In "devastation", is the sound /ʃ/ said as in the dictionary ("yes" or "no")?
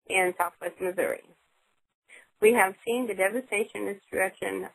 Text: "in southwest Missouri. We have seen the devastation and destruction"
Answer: no